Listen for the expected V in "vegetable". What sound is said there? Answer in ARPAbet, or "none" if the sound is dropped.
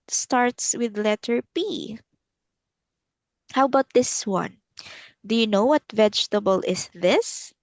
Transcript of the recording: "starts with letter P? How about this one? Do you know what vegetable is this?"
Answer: V